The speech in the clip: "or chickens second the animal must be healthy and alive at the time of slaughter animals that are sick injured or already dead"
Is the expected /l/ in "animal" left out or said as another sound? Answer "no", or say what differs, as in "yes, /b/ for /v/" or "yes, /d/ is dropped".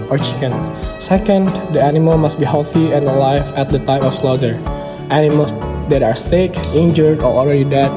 no